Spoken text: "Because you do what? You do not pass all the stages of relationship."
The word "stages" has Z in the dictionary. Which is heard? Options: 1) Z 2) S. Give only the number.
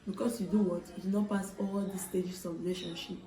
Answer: 2